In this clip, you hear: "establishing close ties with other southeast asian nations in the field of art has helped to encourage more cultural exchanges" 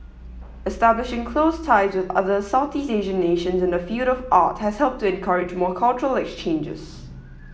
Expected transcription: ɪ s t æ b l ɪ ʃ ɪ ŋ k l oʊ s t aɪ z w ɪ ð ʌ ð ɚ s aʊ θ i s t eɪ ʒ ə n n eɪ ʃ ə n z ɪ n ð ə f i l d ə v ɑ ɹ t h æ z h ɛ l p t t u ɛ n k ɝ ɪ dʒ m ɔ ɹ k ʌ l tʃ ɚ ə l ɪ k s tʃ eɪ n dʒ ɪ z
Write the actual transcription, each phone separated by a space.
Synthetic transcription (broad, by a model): ɪ s t æ b l ɪ ʃ ɪ ŋ k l oʊ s t aɪ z w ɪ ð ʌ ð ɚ s aʊ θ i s eɪ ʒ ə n n eɪ ʃ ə n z ɪ n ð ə f i l d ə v ɑ t h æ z h ɛ l p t t u ɛ n k ɝ ɪ dʒ m ɔ k ʌ l tʃ ɚ ə l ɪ k s tʃ eɪ n dʒ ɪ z